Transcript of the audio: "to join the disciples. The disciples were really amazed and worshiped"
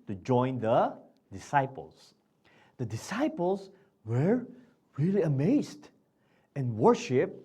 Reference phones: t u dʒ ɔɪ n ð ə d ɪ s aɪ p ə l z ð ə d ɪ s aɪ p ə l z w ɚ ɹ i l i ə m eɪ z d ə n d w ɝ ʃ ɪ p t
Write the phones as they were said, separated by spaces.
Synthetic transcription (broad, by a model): t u dʒ ɔɪ n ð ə d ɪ s aɪ p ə l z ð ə d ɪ s aɪ p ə l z w ɚ ɹ i l i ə m eɪ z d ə n w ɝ ʃ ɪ p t